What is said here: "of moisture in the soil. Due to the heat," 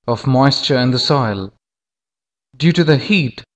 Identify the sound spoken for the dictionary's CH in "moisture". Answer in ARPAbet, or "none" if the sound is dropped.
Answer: CH